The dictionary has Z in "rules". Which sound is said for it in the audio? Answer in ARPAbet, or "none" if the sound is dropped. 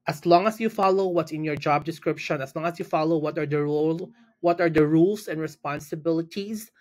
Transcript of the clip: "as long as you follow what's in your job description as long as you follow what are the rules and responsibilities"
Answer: S